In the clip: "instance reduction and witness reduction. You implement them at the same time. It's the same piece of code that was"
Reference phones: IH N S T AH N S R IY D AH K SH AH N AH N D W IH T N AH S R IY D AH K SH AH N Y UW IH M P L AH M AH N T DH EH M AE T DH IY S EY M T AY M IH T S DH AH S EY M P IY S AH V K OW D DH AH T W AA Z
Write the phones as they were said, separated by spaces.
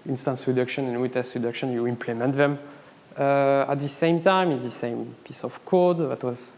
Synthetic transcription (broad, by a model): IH N S T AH N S R IY D AH K SH AH N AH N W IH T AH S R IY D AH K SH AH N Y UW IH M P L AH M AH N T DH EH M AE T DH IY S EY M T AY M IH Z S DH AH S EY M P IY S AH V K OW D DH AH T W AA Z